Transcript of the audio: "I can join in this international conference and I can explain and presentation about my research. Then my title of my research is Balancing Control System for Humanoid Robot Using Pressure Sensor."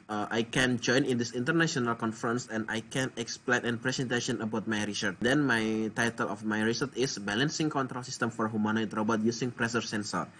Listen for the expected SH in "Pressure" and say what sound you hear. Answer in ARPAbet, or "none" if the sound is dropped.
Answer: S